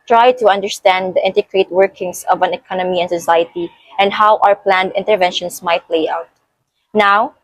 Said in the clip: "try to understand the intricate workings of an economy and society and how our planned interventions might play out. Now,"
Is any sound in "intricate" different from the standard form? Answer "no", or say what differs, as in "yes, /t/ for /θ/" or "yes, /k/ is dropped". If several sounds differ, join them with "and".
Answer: yes, /ɹ/ is dropped